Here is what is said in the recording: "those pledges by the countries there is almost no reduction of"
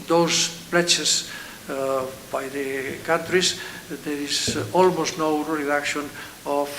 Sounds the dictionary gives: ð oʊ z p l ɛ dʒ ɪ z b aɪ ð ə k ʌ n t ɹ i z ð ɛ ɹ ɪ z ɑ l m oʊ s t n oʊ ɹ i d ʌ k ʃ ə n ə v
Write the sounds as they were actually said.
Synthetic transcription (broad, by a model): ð oʊ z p l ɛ tʃ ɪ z b aɪ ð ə k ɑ n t ɹ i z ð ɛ ɹ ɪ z ɑ l m oʊ s t n oʊ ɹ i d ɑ k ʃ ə n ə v